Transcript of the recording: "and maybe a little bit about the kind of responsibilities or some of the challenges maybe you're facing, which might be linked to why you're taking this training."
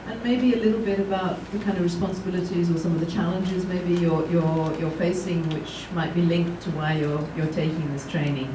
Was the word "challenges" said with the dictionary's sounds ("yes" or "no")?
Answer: yes